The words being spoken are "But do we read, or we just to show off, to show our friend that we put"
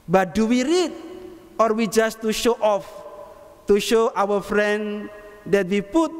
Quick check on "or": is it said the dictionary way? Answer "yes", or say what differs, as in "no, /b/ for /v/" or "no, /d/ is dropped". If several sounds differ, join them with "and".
yes